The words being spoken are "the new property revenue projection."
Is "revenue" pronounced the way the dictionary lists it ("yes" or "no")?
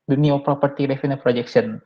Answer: no